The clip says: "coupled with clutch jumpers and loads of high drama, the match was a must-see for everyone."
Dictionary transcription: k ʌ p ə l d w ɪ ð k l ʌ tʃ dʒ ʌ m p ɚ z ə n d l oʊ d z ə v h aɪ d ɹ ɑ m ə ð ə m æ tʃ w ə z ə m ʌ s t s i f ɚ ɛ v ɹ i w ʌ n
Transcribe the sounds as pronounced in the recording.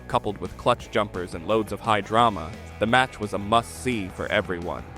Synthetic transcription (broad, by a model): k ʌ p l d w ɪ ð k l ʌ tʃ dʒ ʌ m p ɚ z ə n l oʊ d z ə v h aɪ d ɹ ɑ m ə ð ə m æ tʃ w ə z ə m ʌ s s i f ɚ ɛ v ɹ i w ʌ n